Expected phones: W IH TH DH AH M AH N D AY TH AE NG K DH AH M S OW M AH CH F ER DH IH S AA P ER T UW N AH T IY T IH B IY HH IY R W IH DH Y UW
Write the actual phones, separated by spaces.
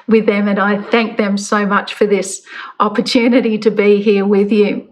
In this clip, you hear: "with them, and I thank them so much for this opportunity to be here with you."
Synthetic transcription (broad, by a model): W IH DH AH M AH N AY TH AE NG K DH AH M S OW M AH CH F ER DH IH S AA P ER T UW N AH T IY T IH B IY HH IY R W IH DH Y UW